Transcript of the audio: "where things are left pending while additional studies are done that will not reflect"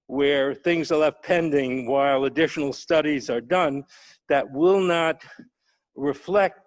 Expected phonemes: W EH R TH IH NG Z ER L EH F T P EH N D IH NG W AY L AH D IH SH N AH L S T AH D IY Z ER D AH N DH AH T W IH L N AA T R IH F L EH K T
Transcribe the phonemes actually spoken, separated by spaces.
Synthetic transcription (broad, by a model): W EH R TH IH NG Z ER L EH F T P EH N D IH NG W AY L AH D IH SH N L S T AH D IY Z ER D AH N DH AH T W IH L N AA T R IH F L EH K T